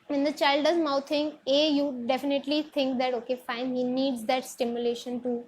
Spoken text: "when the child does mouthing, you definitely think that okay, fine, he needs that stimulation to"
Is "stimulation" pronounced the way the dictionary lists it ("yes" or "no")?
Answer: yes